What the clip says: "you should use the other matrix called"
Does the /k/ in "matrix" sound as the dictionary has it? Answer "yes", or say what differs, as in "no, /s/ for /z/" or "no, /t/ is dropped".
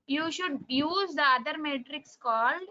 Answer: yes